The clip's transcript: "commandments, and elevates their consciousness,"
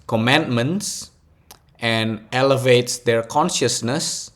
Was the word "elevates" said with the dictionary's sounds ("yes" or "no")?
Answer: yes